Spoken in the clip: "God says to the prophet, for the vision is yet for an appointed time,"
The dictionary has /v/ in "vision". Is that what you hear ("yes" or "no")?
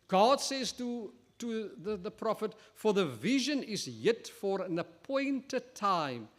yes